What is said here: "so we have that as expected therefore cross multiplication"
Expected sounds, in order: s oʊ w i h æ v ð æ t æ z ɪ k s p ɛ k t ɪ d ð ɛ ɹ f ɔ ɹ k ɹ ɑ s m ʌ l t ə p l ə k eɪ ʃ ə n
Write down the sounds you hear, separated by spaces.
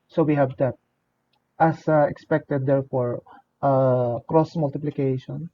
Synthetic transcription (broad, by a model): s oʊ w i h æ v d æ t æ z ɪ k s p ɛ k t ɪ d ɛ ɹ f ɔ ɹ k ɹ ɑ s m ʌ l t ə p l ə k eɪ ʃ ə n